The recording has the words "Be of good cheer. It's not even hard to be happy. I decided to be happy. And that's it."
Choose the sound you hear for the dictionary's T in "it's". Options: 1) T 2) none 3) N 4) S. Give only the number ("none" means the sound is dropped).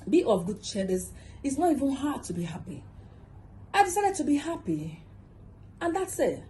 4